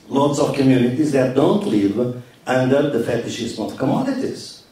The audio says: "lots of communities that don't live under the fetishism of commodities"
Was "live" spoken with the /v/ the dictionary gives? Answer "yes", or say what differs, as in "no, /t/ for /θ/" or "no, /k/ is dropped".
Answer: yes